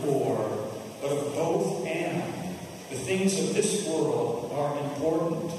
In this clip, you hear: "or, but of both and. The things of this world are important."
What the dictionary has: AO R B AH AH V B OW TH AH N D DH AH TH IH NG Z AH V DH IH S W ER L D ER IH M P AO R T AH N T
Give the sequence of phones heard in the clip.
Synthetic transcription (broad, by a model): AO R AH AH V B OW TH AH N DH AH TH IH NG Z AH V DH IH S W ER L D ER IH M P AO R T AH N T